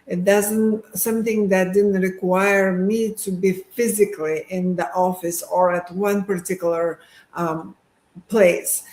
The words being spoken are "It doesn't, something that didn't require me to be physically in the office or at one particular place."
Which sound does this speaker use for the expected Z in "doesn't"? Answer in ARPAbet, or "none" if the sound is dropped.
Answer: Z